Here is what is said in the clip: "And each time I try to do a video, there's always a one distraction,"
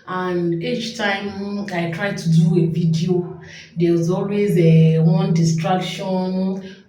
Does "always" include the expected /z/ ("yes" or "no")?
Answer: yes